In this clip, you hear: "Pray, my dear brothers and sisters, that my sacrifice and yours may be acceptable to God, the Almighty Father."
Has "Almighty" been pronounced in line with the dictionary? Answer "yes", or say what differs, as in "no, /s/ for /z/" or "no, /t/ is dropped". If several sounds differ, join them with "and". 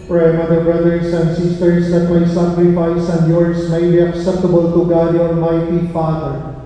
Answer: no, /n/ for /l/